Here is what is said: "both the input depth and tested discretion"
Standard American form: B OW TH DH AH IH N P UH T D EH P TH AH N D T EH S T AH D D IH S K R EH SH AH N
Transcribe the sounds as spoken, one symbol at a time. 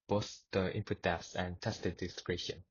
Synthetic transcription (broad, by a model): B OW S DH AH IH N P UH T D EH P S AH N T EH S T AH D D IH S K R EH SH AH N